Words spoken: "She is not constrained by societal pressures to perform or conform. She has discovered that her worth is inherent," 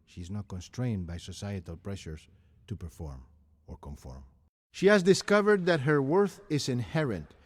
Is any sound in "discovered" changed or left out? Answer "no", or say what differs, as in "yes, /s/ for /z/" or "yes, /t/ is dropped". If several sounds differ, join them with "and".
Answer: no